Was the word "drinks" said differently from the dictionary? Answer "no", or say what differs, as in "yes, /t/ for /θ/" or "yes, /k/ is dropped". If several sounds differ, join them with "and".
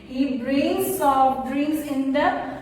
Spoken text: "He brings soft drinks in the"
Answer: yes, /k/ is dropped